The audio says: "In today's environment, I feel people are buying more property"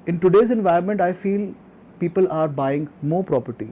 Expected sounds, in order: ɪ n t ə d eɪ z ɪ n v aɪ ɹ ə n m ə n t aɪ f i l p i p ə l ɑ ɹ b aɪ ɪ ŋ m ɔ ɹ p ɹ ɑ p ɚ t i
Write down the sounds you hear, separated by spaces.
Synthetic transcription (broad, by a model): ɪ n t ə d eɪ z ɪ n v aɪ ə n m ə n t aɪ f i l p i p ə l ɑ ɹ b aɪ ɪ ŋ m ɔ ɹ p ɹ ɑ p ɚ t i